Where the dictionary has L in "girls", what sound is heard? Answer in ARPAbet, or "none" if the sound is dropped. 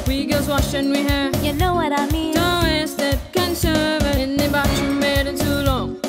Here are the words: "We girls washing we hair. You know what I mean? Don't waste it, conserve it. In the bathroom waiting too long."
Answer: none